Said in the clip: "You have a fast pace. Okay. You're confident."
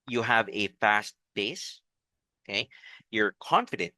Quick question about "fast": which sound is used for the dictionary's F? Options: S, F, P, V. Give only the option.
F